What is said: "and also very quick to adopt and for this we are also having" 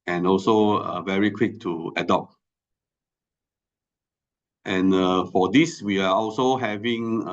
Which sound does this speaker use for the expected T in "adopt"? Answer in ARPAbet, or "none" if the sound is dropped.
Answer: T